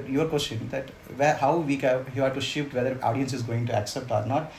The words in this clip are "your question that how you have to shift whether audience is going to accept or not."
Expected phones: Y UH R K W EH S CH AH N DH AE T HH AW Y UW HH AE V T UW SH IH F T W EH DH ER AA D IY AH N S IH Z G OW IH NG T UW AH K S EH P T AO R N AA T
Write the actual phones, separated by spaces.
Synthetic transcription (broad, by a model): Y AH R K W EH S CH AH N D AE T HH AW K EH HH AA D T UW SH IH F T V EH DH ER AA D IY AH N S IH Z G OW IH NG T UW AH K S EH P T AO R N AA T